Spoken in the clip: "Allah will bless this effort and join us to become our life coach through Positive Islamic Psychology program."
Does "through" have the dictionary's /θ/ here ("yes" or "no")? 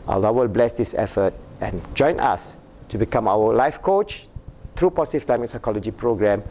no